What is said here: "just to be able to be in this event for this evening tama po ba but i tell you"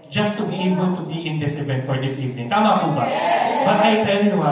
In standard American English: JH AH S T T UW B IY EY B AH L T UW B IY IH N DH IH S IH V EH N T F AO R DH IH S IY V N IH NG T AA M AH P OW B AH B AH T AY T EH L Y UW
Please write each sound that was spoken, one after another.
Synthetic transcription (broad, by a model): JH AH S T T UW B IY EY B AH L T UW B IY IH N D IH S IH B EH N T F AO R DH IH S IY V N IH NG T AA M AH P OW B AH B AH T AY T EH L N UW